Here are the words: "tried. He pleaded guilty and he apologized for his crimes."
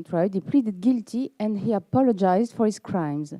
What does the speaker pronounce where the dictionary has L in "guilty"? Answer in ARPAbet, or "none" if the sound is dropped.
L